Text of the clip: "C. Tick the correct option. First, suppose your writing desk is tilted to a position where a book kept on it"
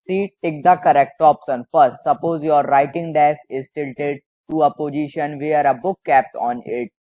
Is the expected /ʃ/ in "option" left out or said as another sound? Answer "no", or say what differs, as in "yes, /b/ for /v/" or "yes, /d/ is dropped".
yes, /s/ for /ʃ/